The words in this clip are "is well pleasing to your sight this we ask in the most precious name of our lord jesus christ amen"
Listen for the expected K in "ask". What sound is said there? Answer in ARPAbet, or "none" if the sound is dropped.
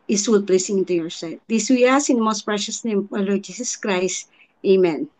none